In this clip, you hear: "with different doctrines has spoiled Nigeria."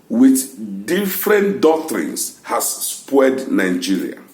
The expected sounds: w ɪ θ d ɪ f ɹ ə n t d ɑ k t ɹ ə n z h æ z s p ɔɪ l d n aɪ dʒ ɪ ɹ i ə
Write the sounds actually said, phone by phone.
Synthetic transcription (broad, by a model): w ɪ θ d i f ɹ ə n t d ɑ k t ɹ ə n s h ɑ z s p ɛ d n aɪ dʒ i ɹ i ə